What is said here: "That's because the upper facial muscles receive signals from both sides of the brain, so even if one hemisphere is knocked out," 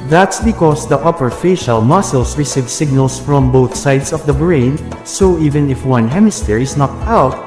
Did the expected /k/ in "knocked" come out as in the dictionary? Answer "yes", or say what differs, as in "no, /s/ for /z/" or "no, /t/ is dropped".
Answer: no, /k/ is dropped